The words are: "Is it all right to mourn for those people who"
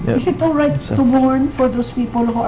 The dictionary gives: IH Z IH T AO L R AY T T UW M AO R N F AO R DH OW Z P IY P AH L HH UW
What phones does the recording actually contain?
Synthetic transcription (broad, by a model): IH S IH T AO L R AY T T UW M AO R N F AO R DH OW S P IY P AH L HH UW